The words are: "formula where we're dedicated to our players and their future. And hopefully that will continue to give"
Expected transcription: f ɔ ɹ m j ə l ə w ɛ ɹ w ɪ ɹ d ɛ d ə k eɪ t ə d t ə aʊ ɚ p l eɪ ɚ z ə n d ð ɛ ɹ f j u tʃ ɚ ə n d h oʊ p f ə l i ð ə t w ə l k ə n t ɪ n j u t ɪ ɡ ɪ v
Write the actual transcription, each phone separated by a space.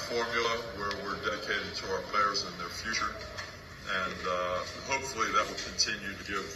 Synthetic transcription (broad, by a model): f ɔ ɹ m j l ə w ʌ ɹ w ɪ ɹ d ɛ d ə k eɪ t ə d t ə aʊ ɚ p l eɪ ɚ z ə n ð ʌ ɹ f j u tʃ ɚ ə n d h oʊ p f l i ð ə t w ə l k ə n t ɪ n j u t ɪ ɡ ɪ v